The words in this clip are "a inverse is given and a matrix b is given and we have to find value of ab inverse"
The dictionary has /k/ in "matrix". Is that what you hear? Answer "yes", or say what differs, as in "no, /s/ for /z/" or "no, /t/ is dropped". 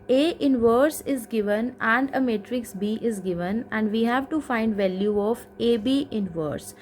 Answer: yes